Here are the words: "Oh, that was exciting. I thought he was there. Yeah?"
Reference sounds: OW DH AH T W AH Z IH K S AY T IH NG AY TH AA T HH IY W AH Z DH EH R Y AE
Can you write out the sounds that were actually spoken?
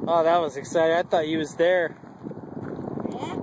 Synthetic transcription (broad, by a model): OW DH AH T W AH Z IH K S AY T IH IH TH AA T HH IY W AH Z DH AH R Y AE